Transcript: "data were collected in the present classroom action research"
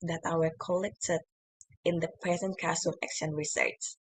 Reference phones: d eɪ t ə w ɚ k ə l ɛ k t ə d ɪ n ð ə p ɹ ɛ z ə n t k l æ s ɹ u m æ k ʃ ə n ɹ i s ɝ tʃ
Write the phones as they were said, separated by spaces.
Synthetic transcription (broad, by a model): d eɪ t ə w ɚ k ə l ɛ k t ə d ɪ n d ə p ɹ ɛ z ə n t k ɑ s u æ k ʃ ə n ɹ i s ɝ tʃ